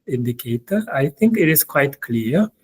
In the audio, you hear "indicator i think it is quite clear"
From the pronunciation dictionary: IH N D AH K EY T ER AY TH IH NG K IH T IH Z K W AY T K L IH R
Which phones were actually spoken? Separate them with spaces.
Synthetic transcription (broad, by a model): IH N D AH K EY T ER AY T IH NG K IH T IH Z K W AY T K L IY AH